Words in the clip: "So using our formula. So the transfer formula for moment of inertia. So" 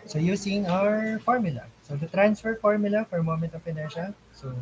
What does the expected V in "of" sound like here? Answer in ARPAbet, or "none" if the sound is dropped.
P